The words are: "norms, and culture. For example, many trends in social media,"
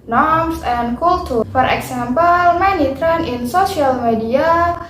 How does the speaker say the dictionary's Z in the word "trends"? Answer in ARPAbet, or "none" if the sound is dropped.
none